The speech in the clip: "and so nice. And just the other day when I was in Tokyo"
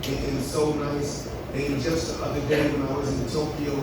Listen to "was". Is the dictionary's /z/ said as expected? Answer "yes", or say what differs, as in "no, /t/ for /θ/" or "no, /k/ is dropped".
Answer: yes